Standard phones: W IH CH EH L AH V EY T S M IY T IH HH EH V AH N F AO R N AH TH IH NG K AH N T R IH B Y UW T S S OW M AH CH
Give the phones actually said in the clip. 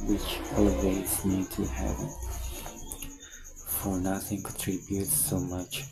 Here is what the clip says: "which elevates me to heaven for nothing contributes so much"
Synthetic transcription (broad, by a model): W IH CH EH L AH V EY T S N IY T IH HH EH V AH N F AO R N AH TH IH NG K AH T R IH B Y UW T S S OW M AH CH